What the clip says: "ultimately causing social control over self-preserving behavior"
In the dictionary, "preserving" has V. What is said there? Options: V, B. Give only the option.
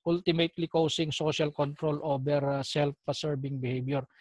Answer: B